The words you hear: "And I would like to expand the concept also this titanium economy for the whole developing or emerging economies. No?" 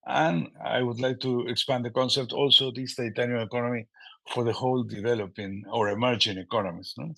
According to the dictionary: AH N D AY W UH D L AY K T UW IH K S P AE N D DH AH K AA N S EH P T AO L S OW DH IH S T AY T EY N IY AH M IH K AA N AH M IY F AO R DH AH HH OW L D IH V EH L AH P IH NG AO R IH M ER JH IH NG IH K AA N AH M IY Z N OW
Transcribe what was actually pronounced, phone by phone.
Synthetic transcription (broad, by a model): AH N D AY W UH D L AY K T UW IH K S P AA N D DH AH K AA N S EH P T AO L S OW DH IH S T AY T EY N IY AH IH K AA N AH M IY F AO R DH AH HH OW L D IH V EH L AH P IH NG AO R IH M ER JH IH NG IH K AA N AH M IY S N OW